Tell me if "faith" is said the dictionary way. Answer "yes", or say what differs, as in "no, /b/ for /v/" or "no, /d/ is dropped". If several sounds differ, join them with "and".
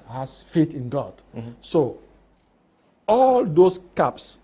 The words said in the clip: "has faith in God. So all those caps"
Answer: no, /t/ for /θ/